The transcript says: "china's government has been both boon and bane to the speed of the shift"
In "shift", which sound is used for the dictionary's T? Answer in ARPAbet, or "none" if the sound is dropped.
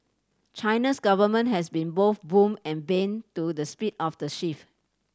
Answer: none